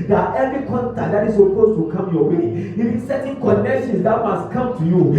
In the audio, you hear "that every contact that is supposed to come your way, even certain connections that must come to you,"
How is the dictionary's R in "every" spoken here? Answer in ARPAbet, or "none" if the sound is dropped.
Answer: none